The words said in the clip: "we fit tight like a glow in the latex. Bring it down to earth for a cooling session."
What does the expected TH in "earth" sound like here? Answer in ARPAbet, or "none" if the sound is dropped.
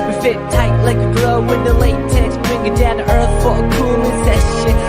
TH